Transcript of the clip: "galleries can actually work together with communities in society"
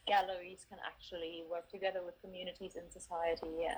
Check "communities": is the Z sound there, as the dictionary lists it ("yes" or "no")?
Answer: yes